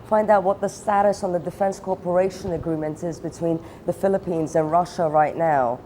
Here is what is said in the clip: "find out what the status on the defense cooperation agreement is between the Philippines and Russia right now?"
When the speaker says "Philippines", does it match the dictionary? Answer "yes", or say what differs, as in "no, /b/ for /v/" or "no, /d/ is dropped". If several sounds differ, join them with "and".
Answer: yes